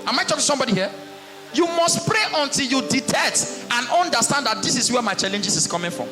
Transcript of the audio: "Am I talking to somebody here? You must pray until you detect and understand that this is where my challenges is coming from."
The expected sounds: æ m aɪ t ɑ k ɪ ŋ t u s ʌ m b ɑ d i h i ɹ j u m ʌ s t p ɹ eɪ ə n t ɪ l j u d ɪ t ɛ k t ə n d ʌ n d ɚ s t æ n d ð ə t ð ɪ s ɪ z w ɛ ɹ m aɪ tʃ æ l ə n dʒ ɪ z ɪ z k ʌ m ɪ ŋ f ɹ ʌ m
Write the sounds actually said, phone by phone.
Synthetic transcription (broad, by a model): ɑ m aɪ t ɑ k t u s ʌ m b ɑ d i h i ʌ j u m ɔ s t p ɹ eɪ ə n t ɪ l j u d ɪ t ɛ t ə n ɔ n d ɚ s t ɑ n d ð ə t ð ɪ s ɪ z w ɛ m aɪ tʃ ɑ l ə n dʒ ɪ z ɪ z k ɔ m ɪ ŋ f ɹ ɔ m